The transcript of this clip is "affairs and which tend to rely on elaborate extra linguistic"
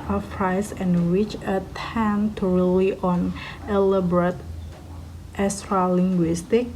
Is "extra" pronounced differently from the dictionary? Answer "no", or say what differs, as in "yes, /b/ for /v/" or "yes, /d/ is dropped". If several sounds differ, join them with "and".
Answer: yes, /k/ is dropped